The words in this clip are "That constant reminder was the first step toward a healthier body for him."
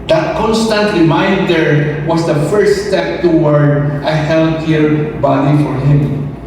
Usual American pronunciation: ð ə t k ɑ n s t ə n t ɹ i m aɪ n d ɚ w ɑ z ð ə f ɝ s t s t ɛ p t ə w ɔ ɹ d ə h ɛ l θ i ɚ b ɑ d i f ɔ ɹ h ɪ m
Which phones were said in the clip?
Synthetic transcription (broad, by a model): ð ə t k ɑ n s t ə n t l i m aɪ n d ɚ w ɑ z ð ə f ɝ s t s t ɛ p t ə w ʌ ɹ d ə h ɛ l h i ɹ b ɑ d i f ɔ ɹ h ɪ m